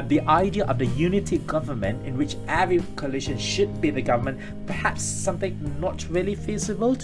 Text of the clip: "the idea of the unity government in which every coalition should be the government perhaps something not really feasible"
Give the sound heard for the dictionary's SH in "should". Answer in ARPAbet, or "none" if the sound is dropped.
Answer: SH